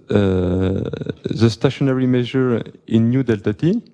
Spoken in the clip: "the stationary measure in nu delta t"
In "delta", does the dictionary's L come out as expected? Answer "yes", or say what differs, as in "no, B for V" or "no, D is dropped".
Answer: yes